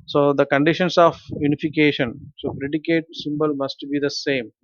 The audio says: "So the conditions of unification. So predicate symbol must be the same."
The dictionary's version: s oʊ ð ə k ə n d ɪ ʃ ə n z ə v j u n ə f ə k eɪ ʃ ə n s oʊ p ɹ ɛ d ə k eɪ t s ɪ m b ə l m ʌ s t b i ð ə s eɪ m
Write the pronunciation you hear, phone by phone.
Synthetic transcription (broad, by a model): s oʊ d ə k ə n d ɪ ʃ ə n s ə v j u n ə f ə k eɪ ʃ ə n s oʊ p ɹ ɛ d ə k eɪ t s ɪ m b ə l m ʌ s t b i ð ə s eɪ m